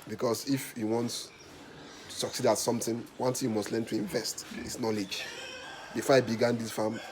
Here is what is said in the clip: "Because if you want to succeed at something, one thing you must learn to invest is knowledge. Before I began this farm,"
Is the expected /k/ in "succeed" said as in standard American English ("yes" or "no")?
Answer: yes